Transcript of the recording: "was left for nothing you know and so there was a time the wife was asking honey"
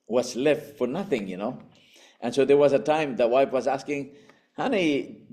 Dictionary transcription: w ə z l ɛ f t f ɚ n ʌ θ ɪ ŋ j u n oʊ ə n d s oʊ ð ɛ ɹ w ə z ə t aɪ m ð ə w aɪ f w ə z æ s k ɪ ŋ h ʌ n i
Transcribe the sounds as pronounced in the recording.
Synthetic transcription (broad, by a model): w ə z l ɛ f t f ɚ n ʌ θ ɪ ŋ j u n oʊ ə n s oʊ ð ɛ ɹ w ə z ə t aɪ m ð ə w aɪ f w ə z æ s k ɪ ŋ h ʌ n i